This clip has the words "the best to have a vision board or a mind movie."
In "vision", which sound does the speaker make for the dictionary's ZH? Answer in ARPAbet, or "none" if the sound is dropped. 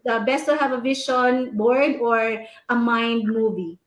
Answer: SH